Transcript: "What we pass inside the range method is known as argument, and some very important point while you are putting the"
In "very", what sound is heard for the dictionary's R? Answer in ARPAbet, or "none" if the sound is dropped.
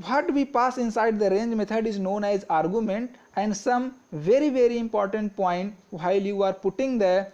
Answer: R